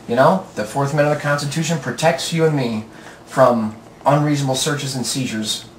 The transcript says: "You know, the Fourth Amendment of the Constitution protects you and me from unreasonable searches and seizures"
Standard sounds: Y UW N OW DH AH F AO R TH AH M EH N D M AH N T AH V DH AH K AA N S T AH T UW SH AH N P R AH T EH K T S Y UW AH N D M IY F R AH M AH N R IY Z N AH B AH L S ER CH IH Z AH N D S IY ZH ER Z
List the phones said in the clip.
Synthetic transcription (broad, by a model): Y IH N OW DH AH F AO R TH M M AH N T AH V DH AH K AA N S T AH T UW SH AH N P R AH T EH K T S Y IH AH N M IY F R AH M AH N R IY Z N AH B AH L S ER CH IH Z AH N S IY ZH ER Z